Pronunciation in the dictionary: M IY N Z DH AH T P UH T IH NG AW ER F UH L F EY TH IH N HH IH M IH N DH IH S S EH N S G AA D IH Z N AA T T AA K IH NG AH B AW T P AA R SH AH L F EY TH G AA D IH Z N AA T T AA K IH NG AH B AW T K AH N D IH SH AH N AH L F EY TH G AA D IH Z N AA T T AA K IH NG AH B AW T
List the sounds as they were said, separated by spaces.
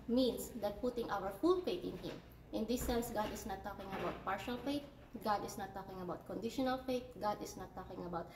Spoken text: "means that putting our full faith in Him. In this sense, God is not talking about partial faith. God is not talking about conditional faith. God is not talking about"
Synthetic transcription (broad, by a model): M IY N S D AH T P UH T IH NG AW ER F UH L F EY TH IH N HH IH M IH N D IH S S EH N S G AA D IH S N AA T T AA K IH NG AH B AW T P AA R SH AH L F EY T G AA D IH S N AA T T AA K IH NG AH B AW T K AH N D IH SH AH N AH L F EY T G AA D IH S N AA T T AA K IH NG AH B AW T